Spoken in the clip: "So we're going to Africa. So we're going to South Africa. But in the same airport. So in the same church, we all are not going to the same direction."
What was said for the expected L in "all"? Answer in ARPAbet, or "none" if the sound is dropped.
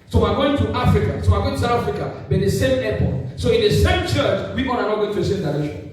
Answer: N